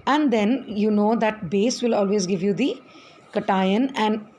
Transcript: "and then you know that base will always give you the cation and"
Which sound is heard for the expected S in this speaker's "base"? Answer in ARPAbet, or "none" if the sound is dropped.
S